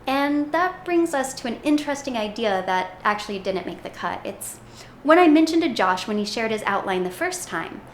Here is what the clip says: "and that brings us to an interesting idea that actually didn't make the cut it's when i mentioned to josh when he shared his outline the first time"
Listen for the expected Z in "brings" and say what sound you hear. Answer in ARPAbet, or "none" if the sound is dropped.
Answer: Z